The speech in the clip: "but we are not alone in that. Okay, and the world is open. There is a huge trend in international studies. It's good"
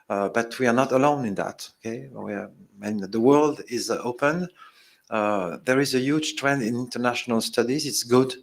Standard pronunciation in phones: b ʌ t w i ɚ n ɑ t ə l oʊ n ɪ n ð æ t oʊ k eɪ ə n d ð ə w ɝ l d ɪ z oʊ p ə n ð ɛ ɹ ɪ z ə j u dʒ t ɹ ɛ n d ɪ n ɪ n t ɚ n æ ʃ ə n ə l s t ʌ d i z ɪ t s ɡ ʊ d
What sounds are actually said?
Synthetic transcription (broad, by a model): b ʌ t w i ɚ n ɑ t ə l oʊ n ɪ n ð æ t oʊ k eɪ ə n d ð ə w ɝ l d ɪ z oʊ p ə n ð ɛ ɹ ɪ z ə j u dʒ t ɹ ɛ n d ɪ n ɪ n t ɚ n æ ʃ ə n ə l s t ʌ d i z ɪ t s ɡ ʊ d